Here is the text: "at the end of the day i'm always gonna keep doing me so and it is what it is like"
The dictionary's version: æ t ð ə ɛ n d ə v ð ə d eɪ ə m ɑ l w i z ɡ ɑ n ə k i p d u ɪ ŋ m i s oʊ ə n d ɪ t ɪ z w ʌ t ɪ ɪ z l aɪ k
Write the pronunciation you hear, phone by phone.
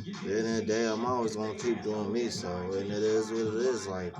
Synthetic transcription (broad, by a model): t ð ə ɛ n ə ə d eɪ ə m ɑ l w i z ɡ ɑ n ə k i p d u ɪ ŋ m i s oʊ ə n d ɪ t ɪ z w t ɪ ɪ z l aɪ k